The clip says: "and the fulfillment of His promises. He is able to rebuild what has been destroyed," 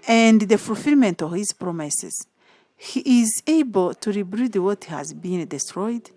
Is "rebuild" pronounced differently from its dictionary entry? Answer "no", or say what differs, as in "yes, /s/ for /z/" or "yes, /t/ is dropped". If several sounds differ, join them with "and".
yes, /l/ is dropped